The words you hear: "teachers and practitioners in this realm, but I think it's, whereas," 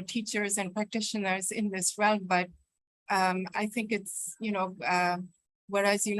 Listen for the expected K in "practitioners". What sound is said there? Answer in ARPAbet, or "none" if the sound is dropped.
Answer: K